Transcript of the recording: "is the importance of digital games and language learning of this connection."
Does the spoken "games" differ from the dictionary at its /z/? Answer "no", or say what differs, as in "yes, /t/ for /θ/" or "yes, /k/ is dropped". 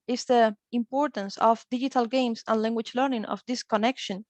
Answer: yes, /s/ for /z/